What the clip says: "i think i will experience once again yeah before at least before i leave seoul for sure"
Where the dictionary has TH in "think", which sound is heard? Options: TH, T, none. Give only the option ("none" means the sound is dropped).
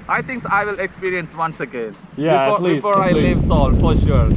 T